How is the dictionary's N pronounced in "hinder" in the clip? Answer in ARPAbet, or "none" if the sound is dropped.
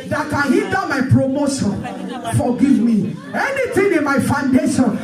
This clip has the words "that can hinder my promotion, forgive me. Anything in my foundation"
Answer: none